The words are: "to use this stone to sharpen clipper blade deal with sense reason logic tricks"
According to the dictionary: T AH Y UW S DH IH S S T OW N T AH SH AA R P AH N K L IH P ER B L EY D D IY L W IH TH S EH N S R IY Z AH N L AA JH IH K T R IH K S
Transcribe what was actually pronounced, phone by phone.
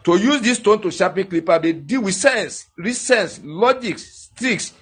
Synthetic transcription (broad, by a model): T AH Y UW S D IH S S T OW N T AH SH AA P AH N K L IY P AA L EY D D IY L W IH S EH N S R IY S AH N L AA JH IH K T R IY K S